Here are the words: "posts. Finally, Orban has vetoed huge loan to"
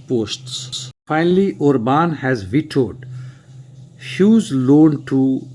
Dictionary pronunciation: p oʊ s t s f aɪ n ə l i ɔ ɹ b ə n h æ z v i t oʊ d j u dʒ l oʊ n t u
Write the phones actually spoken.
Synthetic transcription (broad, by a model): p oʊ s t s f aɪ n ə l i ɔ ɹ b ə n h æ z v i t oʊ d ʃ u z l oʊ n t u